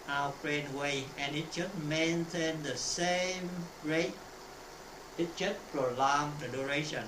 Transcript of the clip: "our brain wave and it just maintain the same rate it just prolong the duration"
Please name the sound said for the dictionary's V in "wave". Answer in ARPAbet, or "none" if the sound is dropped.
none